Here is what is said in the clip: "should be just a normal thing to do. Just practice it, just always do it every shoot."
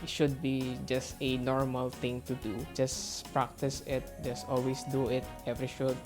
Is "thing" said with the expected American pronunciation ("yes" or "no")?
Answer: no